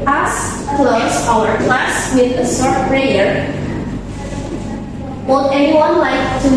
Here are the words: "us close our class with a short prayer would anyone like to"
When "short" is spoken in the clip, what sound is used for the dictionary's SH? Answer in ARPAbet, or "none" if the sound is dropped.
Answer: S